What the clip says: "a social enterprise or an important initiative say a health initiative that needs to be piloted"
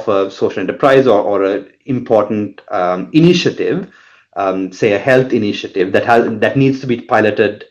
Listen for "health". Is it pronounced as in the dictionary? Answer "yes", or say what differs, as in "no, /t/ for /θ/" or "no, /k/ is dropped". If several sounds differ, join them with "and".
no, /t/ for /θ/